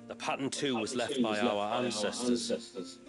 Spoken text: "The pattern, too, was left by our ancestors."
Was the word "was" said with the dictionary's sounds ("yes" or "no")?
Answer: yes